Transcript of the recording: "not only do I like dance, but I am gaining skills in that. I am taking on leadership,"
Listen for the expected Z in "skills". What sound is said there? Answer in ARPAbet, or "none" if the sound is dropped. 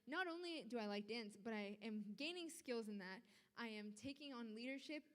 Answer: Z